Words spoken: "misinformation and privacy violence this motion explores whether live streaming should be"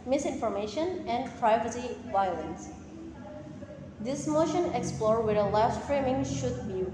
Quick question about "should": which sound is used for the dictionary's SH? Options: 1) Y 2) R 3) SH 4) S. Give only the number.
3